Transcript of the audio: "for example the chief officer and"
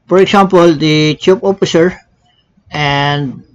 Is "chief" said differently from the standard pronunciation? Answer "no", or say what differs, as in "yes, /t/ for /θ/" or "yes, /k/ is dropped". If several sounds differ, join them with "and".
yes, /p/ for /f/